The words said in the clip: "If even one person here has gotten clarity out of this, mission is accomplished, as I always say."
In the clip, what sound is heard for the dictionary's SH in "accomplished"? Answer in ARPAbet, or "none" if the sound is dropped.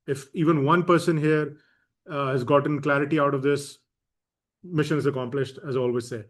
SH